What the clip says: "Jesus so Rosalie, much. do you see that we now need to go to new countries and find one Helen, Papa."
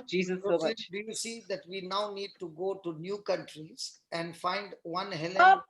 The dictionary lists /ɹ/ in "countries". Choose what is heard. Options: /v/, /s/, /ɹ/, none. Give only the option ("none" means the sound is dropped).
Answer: /ɹ/